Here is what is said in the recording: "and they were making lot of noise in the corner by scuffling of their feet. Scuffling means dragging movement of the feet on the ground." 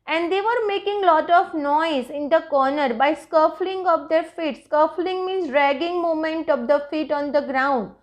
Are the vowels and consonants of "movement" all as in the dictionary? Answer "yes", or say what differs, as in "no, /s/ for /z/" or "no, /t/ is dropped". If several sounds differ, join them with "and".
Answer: no, /v/ is dropped